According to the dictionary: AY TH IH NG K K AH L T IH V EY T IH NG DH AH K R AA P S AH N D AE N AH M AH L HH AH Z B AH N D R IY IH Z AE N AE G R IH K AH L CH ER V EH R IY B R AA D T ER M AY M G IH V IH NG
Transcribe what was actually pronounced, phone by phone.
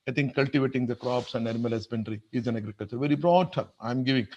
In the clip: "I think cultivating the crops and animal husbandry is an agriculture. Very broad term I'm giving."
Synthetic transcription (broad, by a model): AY T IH NG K K AH L T IH V EY T IH NG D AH K R AA P S AH N D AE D M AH L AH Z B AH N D R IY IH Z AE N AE G R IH K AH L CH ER V EH R IY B R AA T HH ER AY M G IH V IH NG